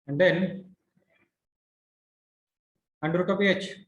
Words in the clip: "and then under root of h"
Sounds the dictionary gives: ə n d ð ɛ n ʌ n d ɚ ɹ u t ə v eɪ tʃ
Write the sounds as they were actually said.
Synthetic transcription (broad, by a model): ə n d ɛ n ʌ n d ɹ u t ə p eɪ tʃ